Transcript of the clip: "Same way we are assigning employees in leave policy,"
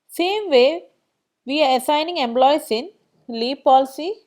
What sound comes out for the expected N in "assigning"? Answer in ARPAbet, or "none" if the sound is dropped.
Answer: N